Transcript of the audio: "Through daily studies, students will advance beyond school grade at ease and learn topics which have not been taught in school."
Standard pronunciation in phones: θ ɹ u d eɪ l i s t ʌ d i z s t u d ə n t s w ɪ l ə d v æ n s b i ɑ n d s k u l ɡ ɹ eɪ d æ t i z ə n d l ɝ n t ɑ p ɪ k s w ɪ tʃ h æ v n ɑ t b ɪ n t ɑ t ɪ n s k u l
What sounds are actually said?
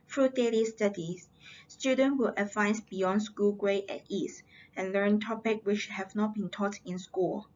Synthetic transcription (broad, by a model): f ɹ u d eɪ l i s t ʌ d i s s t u d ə n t w ɪ l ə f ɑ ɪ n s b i ɑ n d s k u l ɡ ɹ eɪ ɛ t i s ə n l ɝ n t ɑ p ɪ k w ɪ tʃ h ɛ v n ɑ t b ɪ n t ɑ t ɪ n s k u l